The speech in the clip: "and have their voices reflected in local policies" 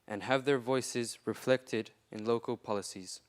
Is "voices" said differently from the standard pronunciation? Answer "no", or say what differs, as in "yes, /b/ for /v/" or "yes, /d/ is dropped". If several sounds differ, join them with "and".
no